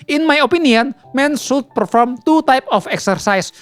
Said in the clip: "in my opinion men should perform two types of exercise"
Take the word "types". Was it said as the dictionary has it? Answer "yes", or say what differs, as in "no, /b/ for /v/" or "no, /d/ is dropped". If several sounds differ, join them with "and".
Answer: no, /s/ is dropped